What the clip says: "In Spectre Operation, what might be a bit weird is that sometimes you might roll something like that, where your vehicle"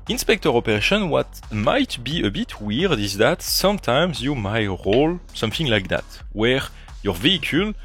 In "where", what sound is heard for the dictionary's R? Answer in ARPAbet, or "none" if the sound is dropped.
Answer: R